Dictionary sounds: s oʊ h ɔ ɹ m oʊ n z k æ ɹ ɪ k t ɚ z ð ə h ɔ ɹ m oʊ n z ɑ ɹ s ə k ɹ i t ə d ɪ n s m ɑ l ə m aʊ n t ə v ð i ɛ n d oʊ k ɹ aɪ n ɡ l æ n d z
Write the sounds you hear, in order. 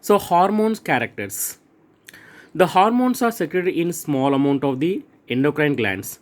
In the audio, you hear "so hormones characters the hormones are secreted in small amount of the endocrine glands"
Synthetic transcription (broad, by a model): s oʊ h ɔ ɹ m oʊ n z k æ ɹ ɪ k t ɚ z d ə h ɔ ɹ m oʊ n s ɑ ɹ s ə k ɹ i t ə ɪ n s m ɑ l ə m aʊ n t ə v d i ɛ n d oʊ k ɹ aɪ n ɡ l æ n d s